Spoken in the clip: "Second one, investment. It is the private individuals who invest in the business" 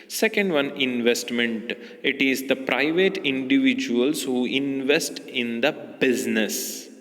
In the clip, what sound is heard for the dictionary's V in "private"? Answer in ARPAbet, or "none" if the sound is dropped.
V